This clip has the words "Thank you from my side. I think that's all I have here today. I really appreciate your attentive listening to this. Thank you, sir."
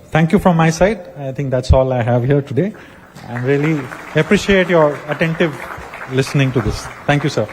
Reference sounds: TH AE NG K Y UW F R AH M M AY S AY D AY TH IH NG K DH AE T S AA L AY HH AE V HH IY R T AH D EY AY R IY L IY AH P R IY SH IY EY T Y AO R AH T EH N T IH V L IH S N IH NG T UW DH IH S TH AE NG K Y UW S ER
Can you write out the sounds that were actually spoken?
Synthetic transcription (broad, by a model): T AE NG K Y UW F R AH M M AY S AY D AY T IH NG K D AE T S AA L AY HH AE V HH IY R T AH D EY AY R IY L IY AH P R IY SH IY EY T Y AO R AH T EH N T IH V L IH S N IH NG T UW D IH S T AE NG K Y UW S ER